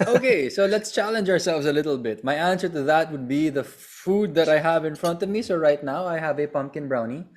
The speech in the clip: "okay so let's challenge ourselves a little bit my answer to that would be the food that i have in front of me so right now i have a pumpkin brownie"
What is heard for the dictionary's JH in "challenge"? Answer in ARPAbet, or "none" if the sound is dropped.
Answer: JH